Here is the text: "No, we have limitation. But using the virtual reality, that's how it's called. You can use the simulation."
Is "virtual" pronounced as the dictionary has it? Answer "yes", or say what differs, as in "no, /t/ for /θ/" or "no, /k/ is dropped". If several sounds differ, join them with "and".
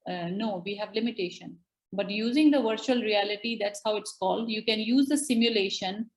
yes